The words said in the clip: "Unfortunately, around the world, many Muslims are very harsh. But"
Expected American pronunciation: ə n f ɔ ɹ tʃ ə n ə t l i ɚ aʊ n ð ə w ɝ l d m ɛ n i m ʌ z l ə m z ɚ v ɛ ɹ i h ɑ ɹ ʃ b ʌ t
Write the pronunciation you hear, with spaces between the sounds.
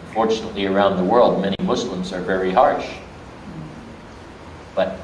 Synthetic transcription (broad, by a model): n f ɔ ɹ tʃ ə n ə t l i ɚ aʊ n ð ə w ɝ l d m ɛ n i m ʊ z l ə m z ɚ v ɛ ɹ i h ɑ ɹ ʃ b ʌ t